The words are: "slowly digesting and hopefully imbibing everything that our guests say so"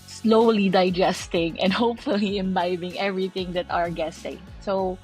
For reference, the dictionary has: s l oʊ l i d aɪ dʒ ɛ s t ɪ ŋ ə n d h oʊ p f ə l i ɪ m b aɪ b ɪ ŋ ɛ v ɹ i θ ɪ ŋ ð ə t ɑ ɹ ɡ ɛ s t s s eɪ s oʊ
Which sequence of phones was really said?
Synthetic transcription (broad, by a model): s l oʊ l i d aɪ dʒ ɛ s t ɪ ŋ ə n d h oʊ p f ə l i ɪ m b aɪ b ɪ ŋ ɛ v ɹ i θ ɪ ŋ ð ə t ɑ ɹ ɡ ɛ s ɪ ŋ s s oʊ